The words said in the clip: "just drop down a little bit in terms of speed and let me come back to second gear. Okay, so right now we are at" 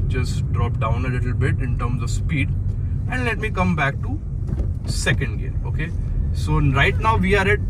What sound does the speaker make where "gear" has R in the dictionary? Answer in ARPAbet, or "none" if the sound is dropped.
L